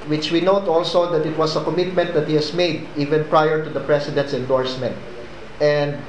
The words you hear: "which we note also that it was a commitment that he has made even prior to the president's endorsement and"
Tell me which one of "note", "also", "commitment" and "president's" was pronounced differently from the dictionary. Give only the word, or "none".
president's